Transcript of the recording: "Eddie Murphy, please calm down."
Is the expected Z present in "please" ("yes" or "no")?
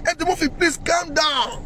no